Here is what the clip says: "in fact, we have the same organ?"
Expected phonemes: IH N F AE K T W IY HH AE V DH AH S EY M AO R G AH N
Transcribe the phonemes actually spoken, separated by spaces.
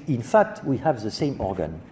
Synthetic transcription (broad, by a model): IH N F AE K T W IY HH AE V DH AH S EY M AO R G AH N